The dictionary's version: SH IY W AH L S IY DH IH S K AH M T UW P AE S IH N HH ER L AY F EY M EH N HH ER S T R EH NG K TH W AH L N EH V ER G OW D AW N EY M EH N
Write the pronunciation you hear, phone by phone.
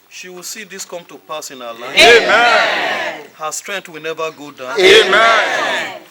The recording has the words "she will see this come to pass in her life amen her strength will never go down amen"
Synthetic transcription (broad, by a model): SH IY W AH L S IY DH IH S K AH M T UW P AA S IH N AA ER L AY EY M EH N HH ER S T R EH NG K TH W AH L N EH V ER G OW D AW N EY M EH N